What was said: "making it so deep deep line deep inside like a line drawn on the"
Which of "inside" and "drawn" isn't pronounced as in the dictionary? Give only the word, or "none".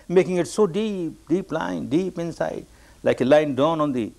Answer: drawn